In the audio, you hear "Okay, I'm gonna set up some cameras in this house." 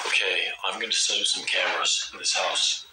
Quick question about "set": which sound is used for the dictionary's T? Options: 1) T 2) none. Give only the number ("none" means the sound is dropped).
2